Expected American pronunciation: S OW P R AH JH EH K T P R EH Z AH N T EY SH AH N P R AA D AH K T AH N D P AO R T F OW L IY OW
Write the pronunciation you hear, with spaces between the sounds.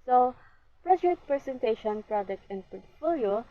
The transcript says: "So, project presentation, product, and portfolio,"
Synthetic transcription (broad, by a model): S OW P R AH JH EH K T P R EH S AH N T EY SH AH N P R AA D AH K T AH N D P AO R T F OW L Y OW